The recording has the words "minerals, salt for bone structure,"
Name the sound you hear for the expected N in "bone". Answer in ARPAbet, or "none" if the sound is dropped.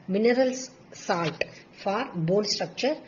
L